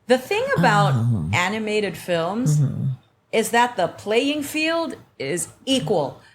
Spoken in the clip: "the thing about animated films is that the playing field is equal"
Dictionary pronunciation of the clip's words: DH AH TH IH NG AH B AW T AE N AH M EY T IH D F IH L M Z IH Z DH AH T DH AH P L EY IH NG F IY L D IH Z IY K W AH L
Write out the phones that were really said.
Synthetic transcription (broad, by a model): DH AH TH IH NG AH B AW T AE N AH M EY T IH D F IH L M Z IH Z DH AH T DH AH P L EY IH NG F IY L D IH Z IY K W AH L